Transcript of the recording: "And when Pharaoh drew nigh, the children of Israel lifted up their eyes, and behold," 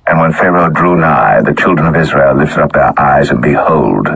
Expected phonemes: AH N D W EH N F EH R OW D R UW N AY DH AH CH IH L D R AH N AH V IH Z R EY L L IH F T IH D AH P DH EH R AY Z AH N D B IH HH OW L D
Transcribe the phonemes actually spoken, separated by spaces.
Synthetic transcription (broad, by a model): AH N W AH N F EH R OW D R UW N AY DH AH CH IH L D R AH N AH V IH Z R EY L L IH F T IH D AH P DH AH R AY Z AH N B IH HH OW L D